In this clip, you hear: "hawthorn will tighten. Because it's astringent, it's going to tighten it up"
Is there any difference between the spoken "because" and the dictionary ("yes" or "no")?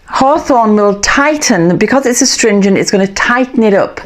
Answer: no